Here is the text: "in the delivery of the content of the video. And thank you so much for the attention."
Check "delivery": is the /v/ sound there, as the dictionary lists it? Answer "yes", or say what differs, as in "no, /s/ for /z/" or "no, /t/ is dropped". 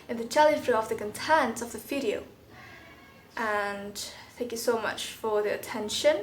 no, /f/ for /v/